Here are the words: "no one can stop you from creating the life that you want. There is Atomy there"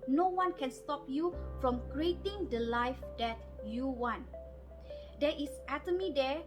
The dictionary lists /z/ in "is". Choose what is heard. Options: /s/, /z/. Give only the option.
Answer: /s/